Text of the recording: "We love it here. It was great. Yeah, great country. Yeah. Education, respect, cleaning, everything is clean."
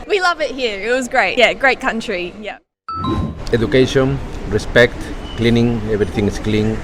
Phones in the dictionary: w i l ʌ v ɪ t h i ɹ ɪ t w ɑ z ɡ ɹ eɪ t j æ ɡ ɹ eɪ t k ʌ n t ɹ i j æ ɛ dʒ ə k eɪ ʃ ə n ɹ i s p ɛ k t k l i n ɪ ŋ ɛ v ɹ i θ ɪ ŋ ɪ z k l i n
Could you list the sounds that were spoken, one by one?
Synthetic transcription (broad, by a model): w i l ʌ v ɪ t h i ɹ ɪ t w ɑ z ɡ ɹ eɪ t j æ ɡ ɹ eɪ t k ʌ n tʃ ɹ i j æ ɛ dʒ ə k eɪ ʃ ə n ɹ i s p ɛ k t k l i n ɪ ŋ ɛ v ɹ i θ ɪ ŋ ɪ s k l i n